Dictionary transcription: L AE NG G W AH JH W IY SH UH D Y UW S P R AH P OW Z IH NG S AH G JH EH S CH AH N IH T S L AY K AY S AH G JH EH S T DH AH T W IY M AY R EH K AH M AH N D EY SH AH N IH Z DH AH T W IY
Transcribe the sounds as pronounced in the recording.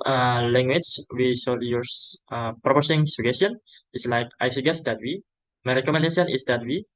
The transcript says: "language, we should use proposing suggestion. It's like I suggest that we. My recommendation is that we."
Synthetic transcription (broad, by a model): L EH NG G W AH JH W IY S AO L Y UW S P R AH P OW S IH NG S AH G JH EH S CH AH N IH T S L AY K AY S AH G EH S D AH T W IY M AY R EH K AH M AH N D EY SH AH N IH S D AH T W IY